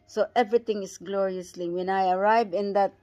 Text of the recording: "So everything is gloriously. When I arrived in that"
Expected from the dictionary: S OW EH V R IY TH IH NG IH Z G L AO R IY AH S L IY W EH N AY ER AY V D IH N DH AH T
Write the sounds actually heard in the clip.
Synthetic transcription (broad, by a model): S OW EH V R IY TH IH NG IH S G L AO R IY AH S L IY W EH N AY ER AY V IH N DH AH T